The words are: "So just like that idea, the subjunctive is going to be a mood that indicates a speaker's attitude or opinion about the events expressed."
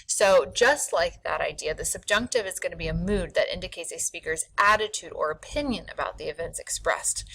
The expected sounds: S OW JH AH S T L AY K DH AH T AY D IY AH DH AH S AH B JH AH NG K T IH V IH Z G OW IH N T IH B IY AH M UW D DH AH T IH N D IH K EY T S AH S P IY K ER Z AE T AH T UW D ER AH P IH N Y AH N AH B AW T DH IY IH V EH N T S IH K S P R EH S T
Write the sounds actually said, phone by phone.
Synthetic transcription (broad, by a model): S OW JH AH S T L AY K DH AH T AY D IY AH DH AH S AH B JH AH NG K T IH V IH Z G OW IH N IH B IY AH M UW D DH AH T IH N D IH K EY T S AH S P IY K ER Z AE T AH T UW D ER AH P IH N Y AH N AH B AW T DH IY IH V EH N T S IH K S P R EH S T